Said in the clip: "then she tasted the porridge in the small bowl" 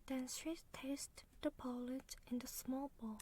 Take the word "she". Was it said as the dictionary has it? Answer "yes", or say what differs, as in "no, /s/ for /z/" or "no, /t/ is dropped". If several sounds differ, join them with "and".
no, /s/ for /ʃ/